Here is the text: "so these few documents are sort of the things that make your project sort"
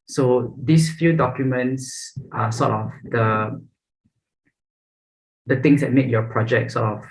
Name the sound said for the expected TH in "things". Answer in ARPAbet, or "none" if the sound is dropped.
T